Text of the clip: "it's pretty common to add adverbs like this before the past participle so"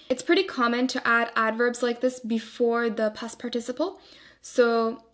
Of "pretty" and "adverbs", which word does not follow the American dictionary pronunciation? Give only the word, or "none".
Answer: none